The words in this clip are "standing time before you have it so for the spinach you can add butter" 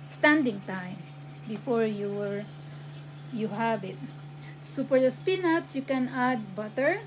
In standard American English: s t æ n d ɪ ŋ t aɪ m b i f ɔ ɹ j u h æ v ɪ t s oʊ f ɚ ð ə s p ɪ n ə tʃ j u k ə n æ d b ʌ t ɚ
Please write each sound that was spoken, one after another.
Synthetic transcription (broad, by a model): s t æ n d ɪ ŋ t aɪ m b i f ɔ ɹ j u h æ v ɪ t s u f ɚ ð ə s p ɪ n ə s j u k ə n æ d b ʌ t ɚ